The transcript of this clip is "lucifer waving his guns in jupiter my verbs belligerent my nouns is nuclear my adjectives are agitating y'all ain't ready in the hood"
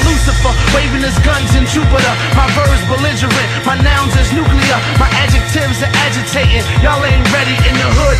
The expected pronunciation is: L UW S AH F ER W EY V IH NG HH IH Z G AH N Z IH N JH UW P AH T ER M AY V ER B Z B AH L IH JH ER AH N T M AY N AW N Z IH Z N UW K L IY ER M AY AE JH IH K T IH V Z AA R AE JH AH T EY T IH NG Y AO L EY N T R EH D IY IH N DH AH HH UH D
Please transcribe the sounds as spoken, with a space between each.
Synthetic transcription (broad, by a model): L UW S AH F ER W EY V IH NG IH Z G AH N Z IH N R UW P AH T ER M AY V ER Z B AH L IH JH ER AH T M AY N AW N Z IH Z N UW K L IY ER M AY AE JH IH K T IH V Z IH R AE JH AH T EY T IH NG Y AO L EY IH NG R EH D IY IH N DH AH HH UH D